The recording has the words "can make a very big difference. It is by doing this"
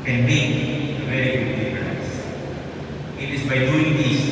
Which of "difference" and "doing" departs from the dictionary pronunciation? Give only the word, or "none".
difference